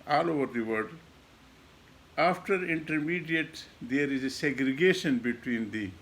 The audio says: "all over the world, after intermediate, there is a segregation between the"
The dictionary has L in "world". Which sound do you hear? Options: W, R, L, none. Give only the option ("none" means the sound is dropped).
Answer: none